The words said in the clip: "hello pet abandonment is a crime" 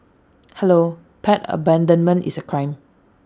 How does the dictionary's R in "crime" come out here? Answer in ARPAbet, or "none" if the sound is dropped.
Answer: R